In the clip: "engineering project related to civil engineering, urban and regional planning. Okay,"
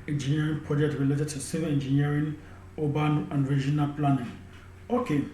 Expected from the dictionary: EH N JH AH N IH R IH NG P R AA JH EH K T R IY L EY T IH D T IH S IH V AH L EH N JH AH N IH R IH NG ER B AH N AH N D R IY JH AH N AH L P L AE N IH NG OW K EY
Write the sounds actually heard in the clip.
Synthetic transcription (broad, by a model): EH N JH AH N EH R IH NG P R AA JH EH K T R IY L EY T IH T IH S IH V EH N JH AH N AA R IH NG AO B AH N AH N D R IY JH AH N AH L P L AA N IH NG OW K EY